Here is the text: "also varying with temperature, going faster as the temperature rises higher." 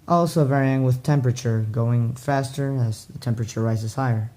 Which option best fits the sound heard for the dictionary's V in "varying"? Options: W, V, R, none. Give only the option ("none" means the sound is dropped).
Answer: V